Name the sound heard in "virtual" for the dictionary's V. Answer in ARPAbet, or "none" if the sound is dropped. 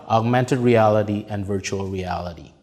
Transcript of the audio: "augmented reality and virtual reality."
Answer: V